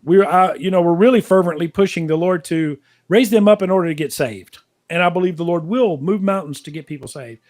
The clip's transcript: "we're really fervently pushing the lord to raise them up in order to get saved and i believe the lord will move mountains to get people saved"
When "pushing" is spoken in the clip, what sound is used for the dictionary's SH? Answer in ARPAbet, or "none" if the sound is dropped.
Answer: SH